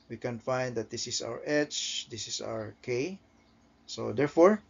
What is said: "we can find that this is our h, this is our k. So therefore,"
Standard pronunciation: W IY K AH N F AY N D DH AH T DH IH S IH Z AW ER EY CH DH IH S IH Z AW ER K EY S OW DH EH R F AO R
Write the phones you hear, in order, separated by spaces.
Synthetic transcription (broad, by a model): W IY K AH N F AY N D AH T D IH S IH S AW ER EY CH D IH S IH S AW ER K EY S OW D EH R F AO R